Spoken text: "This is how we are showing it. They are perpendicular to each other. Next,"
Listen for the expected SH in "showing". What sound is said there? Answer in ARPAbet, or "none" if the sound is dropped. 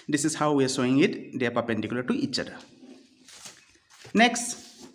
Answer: S